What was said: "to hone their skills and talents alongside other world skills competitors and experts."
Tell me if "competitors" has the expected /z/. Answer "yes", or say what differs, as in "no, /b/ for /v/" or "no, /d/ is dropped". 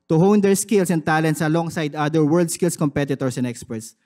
no, /s/ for /z/